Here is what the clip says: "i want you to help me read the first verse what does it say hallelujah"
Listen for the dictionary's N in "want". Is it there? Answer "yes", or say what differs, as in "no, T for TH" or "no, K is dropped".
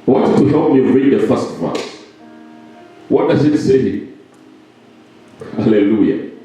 no, N is dropped